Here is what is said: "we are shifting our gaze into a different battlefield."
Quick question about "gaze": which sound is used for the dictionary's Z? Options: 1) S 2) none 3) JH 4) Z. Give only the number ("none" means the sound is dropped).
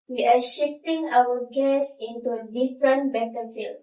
1